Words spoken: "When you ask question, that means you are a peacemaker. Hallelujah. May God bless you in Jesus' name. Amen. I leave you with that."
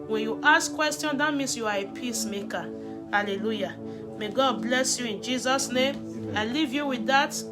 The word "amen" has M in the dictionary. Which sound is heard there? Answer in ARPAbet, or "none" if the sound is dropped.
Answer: none